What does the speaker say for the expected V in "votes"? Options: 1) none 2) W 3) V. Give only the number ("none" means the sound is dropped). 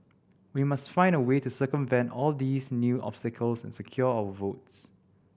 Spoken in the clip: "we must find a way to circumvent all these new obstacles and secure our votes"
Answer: 3